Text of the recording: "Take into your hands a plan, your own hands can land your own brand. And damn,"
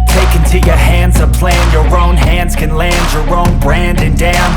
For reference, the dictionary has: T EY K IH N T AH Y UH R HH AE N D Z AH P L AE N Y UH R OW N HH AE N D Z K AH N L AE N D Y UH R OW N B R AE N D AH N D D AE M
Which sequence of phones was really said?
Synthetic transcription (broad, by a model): T EY K IH N T AH Y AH R HH AE N D Z AH P L AE N Y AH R OW N HH AE N D Z K AH N L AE N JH Y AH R OW N B R AE N D AH N D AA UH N